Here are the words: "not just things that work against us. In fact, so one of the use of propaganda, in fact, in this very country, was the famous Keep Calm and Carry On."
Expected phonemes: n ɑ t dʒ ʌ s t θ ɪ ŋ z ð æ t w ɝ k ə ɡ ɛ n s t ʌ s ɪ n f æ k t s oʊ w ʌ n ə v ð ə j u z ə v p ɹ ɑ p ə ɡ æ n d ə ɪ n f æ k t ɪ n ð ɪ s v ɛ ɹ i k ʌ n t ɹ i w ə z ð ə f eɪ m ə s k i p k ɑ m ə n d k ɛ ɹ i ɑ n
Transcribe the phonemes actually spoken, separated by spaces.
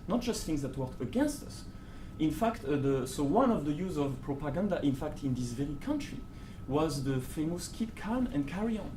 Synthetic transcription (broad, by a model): n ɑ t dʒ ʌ s t θ ɪ ŋ z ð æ t w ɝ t ə ɡ ɛ n s t ʌ s ɪ n f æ k t s oʊ w ʌ n ə v ð ə j u z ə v p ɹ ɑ p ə ɡ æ n d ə ɪ n f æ k t ɪ n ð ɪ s v ɛ ɹ i k ʌ n t ɹ i w ə z ð ə f eɪ m ə s k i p k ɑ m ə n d k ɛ ɹ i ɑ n